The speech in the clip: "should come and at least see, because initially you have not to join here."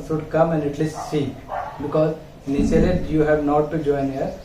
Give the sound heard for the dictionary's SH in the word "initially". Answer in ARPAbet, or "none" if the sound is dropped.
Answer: S